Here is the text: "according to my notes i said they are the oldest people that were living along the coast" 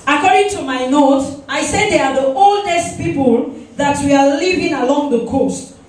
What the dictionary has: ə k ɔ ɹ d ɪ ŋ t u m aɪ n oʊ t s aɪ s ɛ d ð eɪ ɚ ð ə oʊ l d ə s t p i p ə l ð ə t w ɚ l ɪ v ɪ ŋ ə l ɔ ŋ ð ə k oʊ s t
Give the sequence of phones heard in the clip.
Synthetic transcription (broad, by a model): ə k ɔ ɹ d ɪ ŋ t u m aɪ n oʊ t aɪ s ɛ d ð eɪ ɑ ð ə oʊ l d ə s t p i p ə l ð ə t w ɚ l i v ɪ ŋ ə l ɔ ŋ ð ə k oʊ s t